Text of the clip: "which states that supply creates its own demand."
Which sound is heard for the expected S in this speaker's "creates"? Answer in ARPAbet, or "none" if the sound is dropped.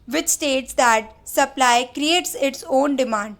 S